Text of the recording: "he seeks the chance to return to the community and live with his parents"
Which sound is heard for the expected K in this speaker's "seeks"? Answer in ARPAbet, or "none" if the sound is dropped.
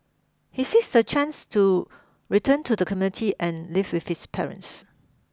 none